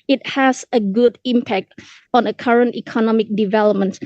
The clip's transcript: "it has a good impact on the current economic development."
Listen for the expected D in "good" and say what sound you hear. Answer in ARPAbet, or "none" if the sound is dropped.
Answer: D